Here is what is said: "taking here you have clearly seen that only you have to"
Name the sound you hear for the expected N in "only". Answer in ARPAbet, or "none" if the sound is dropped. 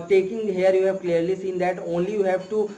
N